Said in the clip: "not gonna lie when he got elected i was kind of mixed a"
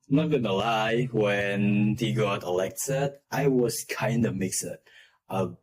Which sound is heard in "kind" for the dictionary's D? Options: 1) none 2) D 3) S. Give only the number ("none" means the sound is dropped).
2